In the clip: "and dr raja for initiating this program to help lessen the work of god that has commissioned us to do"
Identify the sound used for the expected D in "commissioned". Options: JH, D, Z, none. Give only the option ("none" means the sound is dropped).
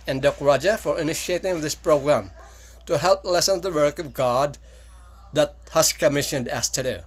D